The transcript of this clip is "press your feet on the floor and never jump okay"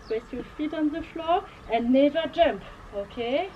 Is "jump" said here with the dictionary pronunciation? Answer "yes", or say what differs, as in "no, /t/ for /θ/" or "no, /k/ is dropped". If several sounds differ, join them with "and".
yes